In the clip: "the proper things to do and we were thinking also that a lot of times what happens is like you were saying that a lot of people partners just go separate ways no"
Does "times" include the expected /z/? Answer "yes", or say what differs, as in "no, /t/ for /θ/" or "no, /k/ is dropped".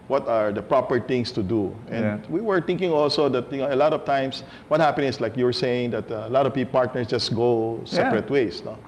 no, /s/ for /z/